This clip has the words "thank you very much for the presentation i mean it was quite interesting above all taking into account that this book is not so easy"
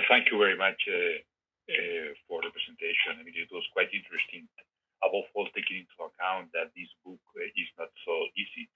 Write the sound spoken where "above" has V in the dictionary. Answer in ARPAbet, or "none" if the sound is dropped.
F